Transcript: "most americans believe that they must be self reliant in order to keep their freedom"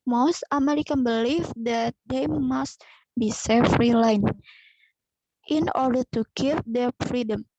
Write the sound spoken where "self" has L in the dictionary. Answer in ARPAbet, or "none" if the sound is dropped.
none